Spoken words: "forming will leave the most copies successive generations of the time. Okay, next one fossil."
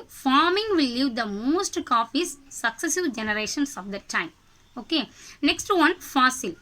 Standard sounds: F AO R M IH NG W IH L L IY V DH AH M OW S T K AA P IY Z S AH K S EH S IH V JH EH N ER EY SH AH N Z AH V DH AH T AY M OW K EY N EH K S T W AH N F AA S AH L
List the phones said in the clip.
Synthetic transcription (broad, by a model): F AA R M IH NG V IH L L IY V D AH M OW S T K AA F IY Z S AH K S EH S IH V JH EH N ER EY SH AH N S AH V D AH T AY M OW K EY N EH K S T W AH N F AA S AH L